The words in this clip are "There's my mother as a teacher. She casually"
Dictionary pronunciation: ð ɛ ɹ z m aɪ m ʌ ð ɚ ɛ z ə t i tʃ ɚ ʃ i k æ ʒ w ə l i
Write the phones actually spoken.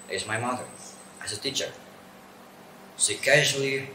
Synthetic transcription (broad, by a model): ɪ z m aɪ m ʌ ð ɚ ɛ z ə t i tʃ ɚ s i k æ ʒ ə l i